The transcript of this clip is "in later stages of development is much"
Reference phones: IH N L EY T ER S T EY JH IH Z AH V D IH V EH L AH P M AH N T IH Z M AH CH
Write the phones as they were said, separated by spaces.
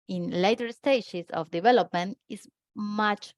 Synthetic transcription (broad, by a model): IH N L EY T ER S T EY SH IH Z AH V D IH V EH L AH P M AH N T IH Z M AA CH